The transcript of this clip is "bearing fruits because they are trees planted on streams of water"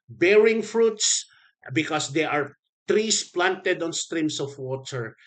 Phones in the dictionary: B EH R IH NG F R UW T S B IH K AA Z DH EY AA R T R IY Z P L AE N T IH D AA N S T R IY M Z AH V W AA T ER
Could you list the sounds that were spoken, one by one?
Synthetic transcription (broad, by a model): B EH R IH NG F R UW T S B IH K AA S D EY AA R T R IY S P L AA N T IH D AA N S T R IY M S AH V W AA T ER